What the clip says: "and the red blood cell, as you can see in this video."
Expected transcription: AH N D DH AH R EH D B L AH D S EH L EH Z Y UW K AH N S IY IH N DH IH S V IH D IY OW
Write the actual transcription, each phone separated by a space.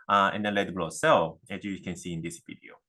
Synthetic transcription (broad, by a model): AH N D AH L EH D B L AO S EH L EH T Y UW K AH N S IY IH N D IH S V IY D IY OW